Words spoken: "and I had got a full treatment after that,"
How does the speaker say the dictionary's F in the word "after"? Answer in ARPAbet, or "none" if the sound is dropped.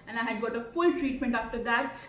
F